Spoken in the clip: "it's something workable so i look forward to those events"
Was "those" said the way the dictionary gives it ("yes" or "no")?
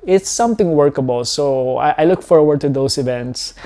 no